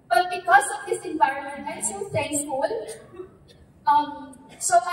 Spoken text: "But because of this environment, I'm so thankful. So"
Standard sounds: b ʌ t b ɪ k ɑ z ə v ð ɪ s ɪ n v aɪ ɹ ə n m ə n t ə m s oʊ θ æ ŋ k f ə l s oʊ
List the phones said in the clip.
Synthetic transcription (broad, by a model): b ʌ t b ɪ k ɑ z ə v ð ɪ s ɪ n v aɪ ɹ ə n m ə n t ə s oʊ s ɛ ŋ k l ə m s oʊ